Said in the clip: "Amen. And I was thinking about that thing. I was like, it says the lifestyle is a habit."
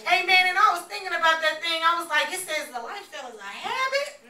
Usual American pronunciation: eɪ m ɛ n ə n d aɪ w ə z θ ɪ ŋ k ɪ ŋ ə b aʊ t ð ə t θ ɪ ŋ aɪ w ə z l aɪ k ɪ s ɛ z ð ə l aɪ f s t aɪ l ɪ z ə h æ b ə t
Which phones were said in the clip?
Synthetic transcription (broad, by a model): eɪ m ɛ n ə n aɪ w ə z θ ɪ ŋ k ɪ ŋ ə b aʊ t ð ə t θ ɪ ŋ aɪ w ə z l aɪ k ɪ s ɛ z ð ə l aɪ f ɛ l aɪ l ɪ ə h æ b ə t